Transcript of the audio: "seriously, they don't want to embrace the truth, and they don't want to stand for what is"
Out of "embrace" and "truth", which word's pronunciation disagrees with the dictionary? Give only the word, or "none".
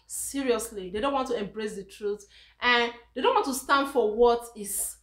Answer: none